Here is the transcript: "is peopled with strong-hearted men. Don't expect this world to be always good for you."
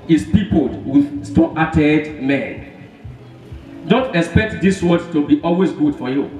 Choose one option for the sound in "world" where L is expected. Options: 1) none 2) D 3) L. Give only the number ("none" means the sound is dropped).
1